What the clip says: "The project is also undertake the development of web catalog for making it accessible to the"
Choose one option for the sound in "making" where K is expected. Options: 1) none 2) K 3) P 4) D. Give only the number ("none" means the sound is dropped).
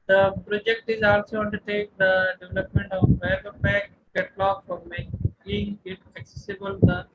1